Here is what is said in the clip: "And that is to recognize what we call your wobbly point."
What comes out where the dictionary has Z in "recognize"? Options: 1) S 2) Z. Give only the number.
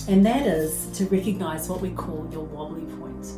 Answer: 2